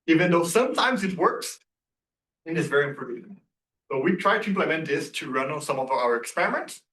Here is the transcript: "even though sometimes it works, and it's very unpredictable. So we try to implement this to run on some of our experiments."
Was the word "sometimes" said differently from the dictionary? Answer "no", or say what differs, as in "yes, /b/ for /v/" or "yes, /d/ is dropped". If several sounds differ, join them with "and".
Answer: no